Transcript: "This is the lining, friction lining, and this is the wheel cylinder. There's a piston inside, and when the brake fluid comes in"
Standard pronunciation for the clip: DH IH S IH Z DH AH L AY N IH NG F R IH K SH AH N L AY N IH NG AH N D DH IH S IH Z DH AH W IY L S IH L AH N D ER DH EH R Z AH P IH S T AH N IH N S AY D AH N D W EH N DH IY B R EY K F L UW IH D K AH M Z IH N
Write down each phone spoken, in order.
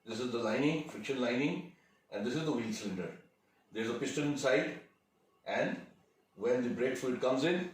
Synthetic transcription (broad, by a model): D IH S IH Z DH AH L AY N IH NG F R IH K SH AH N L AY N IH NG AH N D IH S IH Z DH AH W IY L S L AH N D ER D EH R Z AH P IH S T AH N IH N S AY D AH N D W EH N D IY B R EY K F UW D K AH M Z IH N